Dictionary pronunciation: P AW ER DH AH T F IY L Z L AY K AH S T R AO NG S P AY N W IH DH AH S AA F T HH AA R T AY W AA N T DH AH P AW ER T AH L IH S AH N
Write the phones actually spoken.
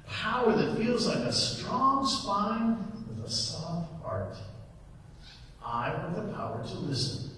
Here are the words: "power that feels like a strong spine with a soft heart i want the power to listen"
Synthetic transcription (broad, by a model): P AW ER DH AH T F IY L Z L AY K AH S T R AO NG S P AY N W IH DH AH S AA F T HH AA R T AY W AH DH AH P AW ER T AH L IH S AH N